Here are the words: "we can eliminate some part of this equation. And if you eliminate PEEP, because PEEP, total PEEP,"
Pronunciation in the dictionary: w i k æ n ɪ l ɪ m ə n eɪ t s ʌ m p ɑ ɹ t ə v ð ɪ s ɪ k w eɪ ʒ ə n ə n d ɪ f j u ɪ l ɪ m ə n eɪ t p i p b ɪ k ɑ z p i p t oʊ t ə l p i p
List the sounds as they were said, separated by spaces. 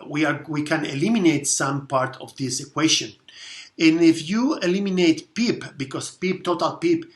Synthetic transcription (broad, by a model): w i k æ n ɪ l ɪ m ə n eɪ t s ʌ m p ɑ ɹ t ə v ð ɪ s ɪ k w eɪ ʃ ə n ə n ɪ f j u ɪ l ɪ m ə n eɪ t p i p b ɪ k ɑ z p i p t oʊ t ə l p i p